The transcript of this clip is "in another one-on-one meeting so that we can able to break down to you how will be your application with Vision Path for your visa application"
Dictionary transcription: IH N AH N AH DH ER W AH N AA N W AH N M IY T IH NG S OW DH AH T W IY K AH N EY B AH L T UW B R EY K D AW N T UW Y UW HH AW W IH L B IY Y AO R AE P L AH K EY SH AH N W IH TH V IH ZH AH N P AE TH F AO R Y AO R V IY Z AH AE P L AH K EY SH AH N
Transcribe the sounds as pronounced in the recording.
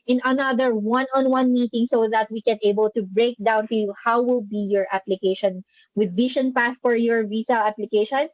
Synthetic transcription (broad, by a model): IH N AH N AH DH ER W AH N AA N W AH N M IY T IH NG S OW DH AH T W IY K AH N EY B AH L T UW B R EY K D AW N T UW Y UW HH AW W IH L B IY Y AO R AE P L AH K EY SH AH N W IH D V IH SH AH N P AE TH F AO R Y AO R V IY S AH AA P L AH K EY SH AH N